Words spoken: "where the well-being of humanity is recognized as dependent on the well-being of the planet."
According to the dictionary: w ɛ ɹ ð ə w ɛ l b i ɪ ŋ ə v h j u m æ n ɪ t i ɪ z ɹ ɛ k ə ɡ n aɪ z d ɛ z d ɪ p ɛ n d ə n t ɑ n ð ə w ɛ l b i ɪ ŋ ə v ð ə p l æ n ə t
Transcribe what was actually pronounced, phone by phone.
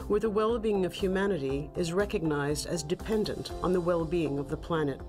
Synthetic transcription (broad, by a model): w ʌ ɹ ð ə w ɛ l b i ɪ ŋ ə v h j u m æ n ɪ t i ɪ z ɹ ɛ k ə ɡ n aɪ z d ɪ z d ɪ p ɛ n d ə n t n ð ə w ɛ l b i ɪ ŋ ə v ð ə p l æ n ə t